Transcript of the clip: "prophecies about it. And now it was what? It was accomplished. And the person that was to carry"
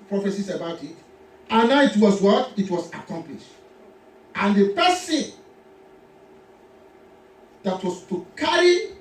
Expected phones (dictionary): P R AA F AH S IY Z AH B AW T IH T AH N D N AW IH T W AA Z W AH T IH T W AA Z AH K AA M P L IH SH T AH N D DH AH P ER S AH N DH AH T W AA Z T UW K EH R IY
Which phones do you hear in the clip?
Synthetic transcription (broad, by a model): P R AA F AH S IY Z AH B AW T IH T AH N N AW IH T W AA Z W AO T IH T W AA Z AH K AA M P L IH SH T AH N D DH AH P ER S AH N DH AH T W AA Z T UW K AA R IY